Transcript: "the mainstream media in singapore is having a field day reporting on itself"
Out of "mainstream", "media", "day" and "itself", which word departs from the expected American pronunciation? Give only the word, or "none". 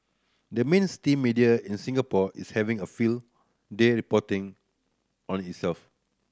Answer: mainstream